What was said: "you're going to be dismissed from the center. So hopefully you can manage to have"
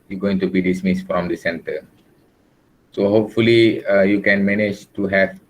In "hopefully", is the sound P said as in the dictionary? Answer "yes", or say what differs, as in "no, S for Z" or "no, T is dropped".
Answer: yes